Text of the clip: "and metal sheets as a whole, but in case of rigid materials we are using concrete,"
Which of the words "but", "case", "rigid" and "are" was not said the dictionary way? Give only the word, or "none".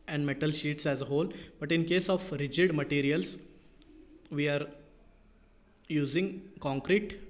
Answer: none